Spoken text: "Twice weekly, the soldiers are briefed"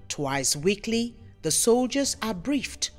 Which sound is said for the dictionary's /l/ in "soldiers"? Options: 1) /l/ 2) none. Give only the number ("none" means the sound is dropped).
1